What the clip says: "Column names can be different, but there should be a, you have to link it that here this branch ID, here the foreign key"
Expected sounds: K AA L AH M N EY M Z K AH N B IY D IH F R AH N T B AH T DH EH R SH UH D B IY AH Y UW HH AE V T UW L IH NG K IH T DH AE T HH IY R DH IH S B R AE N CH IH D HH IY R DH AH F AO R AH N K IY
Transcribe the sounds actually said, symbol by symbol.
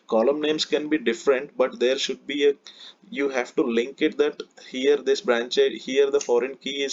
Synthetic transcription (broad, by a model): K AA L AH M N EY M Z K AH N B IY D IH F R AH N T B AH T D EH R SH UH D B IY AH Y UW HH AE V T UW L IH NG K IH T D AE T HH IY R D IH S B R AE N CH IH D HH IY R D AH F AO R AH N K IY